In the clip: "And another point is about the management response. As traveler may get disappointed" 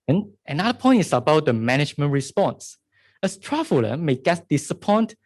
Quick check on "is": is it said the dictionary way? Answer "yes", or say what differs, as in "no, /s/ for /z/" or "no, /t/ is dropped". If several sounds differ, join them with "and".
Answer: no, /s/ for /z/